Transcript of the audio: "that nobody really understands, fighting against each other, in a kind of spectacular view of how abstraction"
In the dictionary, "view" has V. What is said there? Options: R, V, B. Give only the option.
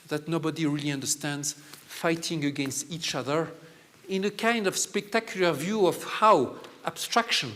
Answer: V